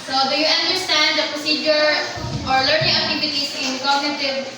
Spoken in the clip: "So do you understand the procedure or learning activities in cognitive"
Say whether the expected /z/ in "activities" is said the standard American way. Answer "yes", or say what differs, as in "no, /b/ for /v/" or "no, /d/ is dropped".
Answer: no, /s/ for /z/